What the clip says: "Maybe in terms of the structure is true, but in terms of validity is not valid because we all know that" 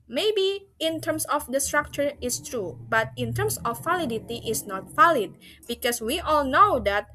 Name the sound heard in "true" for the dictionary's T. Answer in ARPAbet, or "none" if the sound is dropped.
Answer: T